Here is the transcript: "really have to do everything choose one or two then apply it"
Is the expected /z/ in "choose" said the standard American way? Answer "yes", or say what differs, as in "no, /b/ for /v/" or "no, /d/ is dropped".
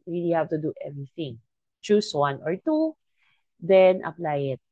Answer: no, /s/ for /z/